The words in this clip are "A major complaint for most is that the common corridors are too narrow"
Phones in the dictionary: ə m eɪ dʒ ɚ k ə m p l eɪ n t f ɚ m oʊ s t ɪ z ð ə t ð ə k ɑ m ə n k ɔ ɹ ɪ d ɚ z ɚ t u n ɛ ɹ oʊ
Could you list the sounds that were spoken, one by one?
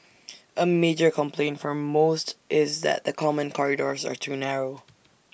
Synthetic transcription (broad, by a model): ə m eɪ dʒ ɚ k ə m p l eɪ n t f ɚ m oʊ s t ɪ z ð ə t ð ə k ɑ m ə n k ɔ ɹ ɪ d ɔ z ɚ t u n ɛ ɹ oʊ